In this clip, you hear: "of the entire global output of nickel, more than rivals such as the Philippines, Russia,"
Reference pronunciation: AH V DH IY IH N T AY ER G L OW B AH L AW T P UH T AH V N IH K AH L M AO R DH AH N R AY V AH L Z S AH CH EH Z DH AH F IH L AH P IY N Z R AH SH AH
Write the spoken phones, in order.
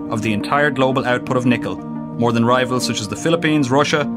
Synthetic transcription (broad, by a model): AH V DH IY IH N T AY ER G L OW B AH L AW T P UH T AH V N IH K AH L M AO R DH AH N R AY V AH L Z S AH CH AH Z DH AH F IH L AH P IY N Z R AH SH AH